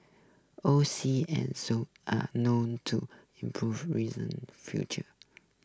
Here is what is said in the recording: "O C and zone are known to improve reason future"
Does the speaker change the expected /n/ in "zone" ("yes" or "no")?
yes